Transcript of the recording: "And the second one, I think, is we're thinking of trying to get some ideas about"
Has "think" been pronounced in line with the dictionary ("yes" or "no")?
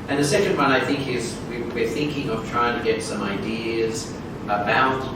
yes